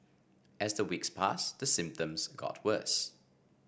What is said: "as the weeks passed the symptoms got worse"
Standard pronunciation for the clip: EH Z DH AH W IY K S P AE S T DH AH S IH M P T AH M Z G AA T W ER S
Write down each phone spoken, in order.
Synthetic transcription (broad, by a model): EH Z DH AH W IY K S P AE S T DH AH S IH M P T AH M Z G AA T W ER S